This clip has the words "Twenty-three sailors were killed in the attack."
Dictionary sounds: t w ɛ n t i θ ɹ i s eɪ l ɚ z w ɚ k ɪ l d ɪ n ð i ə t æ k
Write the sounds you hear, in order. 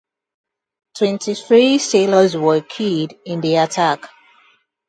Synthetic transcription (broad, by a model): t w ɛ n t i θ ɹ i s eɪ l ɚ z w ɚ k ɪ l d ɪ n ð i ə t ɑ k